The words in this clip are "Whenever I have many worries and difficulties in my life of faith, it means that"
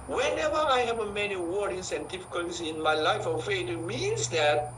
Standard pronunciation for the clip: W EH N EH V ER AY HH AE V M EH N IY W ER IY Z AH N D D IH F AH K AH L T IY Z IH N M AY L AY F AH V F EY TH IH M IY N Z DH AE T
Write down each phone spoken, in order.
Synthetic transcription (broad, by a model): W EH N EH V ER AY HH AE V M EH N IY W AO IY S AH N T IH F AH K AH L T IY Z IH N M AY L AY F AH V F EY T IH M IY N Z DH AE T